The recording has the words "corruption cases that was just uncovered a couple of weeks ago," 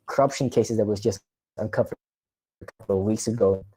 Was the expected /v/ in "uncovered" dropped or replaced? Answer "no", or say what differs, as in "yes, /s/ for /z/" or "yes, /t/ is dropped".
yes, /f/ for /v/